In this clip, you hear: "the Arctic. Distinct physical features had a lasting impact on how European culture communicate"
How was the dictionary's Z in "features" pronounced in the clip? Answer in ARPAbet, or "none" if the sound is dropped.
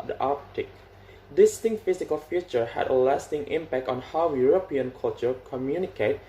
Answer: none